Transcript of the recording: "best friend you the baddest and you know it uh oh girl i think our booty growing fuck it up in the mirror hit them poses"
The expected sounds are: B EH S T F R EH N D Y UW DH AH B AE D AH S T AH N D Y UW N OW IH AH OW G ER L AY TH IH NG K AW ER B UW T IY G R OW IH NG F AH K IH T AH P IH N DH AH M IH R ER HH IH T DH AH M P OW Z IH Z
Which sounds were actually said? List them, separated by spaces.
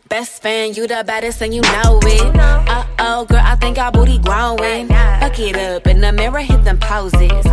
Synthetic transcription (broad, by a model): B EH S T F AE N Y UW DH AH B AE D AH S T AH N Y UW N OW IH AH OW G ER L AY TH IH NG K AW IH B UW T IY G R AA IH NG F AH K IH T AH P IH N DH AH M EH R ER HH IH T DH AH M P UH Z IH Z